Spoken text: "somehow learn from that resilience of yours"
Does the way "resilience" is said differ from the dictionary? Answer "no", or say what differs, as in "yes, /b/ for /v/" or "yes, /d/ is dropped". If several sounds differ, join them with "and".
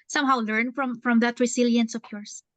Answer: yes, /s/ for /z/